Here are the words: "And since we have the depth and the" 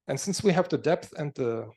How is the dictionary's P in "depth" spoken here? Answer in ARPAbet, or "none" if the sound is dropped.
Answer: P